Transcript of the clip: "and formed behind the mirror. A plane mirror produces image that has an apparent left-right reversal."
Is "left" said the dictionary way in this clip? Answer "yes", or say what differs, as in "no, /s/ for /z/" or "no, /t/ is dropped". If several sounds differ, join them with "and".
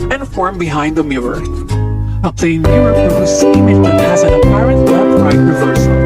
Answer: no, /f/ is dropped